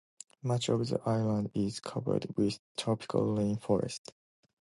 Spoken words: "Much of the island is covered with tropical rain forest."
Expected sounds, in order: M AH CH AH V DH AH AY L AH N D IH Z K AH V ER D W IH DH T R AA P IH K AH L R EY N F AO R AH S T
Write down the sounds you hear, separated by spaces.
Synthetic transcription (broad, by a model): M AH CH AH V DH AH AY L AH N D IH Z K AH V ER D W IH DH T R AA P IH K AH L L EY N F AO R AH S T